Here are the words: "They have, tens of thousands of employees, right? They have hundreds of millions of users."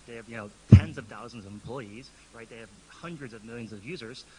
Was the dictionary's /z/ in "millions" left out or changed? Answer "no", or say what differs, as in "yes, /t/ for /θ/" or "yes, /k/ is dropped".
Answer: no